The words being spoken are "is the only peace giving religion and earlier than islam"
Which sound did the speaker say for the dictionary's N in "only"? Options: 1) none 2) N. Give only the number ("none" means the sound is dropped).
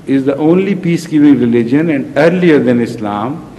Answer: 2